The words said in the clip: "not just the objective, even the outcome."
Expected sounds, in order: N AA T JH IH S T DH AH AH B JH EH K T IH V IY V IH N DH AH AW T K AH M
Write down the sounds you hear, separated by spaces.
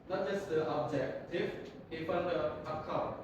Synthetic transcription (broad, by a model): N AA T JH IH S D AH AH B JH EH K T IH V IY F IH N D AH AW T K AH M